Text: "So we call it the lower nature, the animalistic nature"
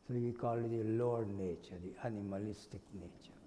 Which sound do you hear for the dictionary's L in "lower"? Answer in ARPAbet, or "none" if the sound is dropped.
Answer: L